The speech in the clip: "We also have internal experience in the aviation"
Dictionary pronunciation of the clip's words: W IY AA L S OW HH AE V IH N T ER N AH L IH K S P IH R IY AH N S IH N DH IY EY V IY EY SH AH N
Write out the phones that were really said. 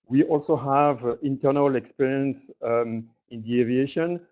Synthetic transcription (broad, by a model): W IY AA L S OW HH AE V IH N T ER N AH L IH K S P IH R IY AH N S IH N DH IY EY V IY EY SH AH N